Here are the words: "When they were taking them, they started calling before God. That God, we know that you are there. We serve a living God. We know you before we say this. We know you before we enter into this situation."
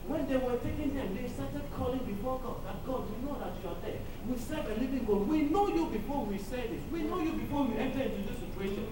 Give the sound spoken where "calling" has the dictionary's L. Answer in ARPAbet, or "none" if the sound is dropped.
L